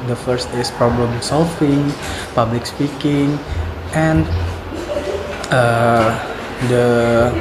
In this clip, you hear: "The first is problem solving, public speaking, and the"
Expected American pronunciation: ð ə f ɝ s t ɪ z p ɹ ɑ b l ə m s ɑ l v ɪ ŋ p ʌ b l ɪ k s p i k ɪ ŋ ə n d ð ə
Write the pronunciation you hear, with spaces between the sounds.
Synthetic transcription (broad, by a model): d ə f ɝ s t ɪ s p ɹ ɑ b l ə m s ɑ l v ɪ ŋ p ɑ b l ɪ k s p i k ɪ ŋ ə n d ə